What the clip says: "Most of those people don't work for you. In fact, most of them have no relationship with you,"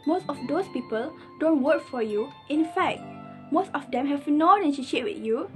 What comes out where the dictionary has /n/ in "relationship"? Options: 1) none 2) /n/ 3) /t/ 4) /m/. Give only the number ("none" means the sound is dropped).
1